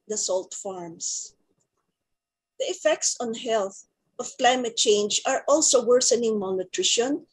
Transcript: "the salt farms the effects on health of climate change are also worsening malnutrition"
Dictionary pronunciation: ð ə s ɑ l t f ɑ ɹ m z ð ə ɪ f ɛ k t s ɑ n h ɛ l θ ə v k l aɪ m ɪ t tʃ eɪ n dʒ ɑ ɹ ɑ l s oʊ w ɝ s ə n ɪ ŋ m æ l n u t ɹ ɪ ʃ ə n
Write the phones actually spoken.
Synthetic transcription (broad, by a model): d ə s ɑ l t f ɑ ɹ m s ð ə ɪ f ɛ k t s ɑ n h ɛ l θ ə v k l aɪ m ɪ t tʃ eɪ n dʒ ɑ ɹ ɑ l s oʊ w ɝ s ə n ɪ ŋ m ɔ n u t ɹ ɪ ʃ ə n